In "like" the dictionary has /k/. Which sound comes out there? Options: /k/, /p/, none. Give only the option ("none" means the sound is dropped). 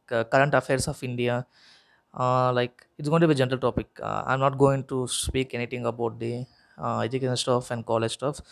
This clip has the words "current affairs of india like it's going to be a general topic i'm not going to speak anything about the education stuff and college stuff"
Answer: /k/